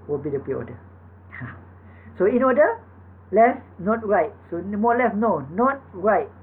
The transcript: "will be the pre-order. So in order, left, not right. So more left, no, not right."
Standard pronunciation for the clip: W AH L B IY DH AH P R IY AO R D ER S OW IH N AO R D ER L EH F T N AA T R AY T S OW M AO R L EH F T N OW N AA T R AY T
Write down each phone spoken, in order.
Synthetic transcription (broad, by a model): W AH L B IY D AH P IY AO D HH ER S OW IH N AO D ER L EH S N AA T R AY T S OW M AO L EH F N OW N AA T R AY T